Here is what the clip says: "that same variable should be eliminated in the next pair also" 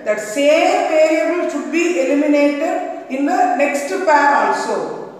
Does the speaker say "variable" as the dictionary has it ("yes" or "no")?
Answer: no